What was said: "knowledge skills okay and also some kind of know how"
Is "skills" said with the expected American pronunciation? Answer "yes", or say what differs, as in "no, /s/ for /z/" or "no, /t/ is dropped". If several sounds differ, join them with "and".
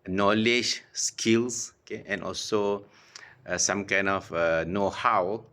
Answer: no, /s/ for /z/